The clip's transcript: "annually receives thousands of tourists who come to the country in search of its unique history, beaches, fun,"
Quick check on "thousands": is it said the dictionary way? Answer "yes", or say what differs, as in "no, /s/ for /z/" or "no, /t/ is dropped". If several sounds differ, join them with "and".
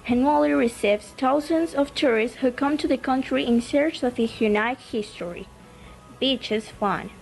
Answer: no, /t/ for /θ/